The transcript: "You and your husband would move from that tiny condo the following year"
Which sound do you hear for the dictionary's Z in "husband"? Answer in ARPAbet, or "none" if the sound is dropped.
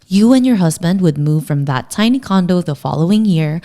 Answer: Z